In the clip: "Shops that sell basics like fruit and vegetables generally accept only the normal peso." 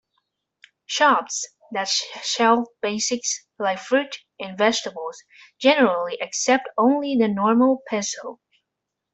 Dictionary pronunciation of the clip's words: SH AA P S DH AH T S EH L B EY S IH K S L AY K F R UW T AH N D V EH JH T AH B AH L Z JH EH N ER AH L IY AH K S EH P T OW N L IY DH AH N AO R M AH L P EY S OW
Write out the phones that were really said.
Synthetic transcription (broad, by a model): SH AA P S DH AH T SH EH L B EY S IH K S L AY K F R UW T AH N V EH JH T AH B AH L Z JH EH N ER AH L IY AH K S EH P T OW N L IY DH AH N AO R M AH L P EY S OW